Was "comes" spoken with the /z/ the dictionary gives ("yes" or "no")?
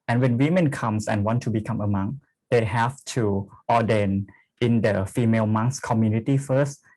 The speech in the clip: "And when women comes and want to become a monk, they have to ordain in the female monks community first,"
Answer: no